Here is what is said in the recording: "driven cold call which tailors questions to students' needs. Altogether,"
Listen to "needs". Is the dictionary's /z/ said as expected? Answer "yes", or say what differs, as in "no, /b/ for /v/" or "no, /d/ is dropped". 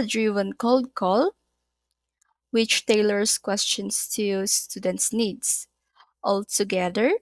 no, /s/ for /z/